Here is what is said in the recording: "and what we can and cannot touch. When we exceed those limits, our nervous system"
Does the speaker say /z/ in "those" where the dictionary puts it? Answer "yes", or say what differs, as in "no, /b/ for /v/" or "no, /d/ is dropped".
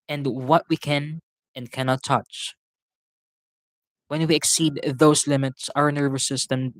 no, /s/ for /z/